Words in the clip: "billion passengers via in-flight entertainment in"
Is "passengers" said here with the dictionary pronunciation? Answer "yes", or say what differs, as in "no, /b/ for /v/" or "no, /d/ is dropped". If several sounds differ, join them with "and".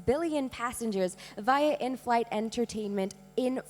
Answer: yes